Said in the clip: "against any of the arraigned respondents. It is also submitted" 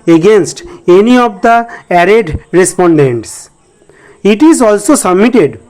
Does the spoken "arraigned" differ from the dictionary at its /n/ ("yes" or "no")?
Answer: yes